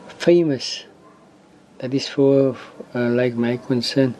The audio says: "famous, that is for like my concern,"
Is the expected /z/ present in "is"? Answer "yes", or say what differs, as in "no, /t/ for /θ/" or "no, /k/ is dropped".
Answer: no, /s/ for /z/